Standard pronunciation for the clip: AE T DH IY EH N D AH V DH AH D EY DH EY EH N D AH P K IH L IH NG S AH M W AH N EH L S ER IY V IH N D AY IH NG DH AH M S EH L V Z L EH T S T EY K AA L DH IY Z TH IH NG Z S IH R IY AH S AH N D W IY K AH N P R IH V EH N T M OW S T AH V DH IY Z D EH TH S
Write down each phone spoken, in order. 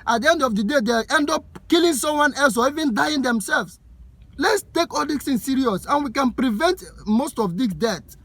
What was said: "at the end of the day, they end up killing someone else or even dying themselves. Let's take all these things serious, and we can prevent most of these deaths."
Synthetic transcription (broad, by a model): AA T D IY EH N D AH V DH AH D EY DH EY EH N D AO P K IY L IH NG S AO M W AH N EH L S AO IY V IH N D AY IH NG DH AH M S EH L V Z L EH T S T EY K AA L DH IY S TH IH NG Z S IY R IY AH S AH N W IY K AH N P R IH V EH N T M OW S T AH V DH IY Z D EH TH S